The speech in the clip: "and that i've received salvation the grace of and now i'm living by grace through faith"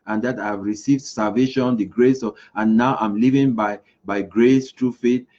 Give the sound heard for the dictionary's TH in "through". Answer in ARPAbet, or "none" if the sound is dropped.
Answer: T